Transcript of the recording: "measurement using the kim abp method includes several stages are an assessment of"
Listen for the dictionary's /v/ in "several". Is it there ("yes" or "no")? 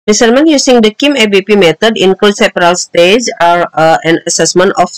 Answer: no